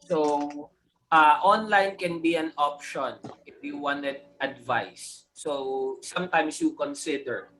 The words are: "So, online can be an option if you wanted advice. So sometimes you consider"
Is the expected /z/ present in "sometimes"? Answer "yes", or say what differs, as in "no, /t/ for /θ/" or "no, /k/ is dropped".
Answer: no, /s/ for /z/